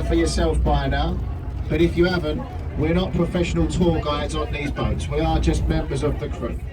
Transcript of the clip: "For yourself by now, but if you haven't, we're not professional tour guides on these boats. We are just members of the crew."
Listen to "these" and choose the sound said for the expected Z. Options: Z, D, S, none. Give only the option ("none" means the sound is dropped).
Z